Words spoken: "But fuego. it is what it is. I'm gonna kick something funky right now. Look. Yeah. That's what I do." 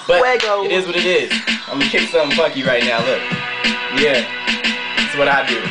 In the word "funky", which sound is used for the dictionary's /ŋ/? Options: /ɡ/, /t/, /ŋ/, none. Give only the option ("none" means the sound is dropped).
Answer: none